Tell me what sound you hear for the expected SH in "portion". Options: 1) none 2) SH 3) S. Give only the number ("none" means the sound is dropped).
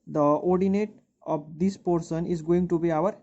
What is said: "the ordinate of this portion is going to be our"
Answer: 3